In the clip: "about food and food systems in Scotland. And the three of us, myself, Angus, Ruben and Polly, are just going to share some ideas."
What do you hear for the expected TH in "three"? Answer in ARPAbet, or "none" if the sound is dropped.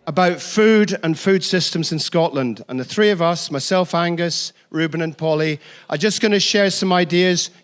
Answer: TH